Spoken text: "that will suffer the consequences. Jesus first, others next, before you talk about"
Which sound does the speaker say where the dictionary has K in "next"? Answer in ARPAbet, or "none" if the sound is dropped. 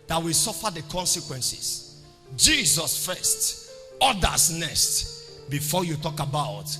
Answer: none